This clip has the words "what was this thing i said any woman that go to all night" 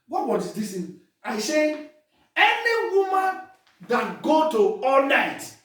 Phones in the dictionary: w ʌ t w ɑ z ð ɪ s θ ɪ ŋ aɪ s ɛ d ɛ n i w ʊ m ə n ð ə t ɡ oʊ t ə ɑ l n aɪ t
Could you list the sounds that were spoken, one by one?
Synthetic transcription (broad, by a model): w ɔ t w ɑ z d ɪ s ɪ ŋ aɪ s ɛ ɛ n i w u m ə n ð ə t ɡ oʊ t ə ɑ l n aɪ t